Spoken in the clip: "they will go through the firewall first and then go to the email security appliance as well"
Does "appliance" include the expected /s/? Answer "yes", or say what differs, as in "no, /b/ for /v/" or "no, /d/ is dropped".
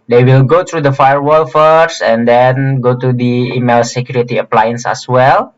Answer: yes